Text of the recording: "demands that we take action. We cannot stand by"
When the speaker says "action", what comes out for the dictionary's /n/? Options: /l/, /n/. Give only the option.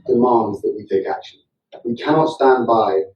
/l/